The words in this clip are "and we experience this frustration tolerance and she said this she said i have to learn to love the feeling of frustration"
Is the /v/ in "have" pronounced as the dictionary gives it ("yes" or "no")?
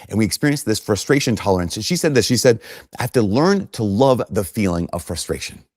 no